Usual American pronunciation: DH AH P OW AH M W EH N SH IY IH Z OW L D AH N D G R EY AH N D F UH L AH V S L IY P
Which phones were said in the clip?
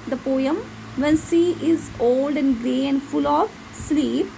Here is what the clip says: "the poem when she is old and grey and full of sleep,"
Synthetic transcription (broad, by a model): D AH P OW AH M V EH N S IY IH Z OW L D AH N D G R EY AH N D F UH L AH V S L IY P